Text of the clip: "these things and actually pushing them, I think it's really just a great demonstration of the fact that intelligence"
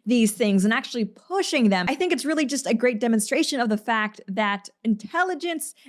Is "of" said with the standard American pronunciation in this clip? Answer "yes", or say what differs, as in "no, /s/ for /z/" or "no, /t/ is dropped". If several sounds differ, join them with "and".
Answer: yes